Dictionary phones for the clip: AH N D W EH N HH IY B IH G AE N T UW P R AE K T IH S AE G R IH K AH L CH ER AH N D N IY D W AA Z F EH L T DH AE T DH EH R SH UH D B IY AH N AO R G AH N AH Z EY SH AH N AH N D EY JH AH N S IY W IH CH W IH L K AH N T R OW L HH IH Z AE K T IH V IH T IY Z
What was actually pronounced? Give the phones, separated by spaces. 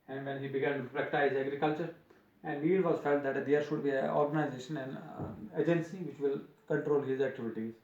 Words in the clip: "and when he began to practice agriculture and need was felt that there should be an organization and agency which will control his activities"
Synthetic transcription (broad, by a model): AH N D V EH N HH IY B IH G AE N T UW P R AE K T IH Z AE G R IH K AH L CH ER AH N D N IY D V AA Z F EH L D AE T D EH R SH UH D B IY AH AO R G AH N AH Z EY SH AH N AH N D EY JH AH N S IY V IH CH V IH L K AH N T R OW L HH IH Z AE K T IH V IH T IY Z